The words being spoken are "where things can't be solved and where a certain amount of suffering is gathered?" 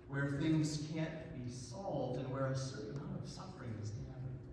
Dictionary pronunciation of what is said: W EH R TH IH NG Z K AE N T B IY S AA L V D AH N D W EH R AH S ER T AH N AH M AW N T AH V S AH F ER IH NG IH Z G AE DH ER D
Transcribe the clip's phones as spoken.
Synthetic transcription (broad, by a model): W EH R TH IH NG Z K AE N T B IY S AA L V D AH N W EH R AH S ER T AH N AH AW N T AH V S AH F ER IH NG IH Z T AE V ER